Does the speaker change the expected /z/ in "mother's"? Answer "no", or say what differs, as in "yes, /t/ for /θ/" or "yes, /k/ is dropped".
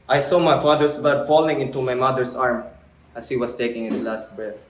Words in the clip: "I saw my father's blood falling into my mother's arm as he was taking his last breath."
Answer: yes, /s/ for /z/